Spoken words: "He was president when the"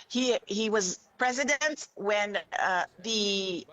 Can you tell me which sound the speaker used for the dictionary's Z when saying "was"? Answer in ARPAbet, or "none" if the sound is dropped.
Z